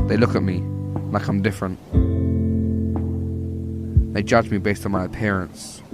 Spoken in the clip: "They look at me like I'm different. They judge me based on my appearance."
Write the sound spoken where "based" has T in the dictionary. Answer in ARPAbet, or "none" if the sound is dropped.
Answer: T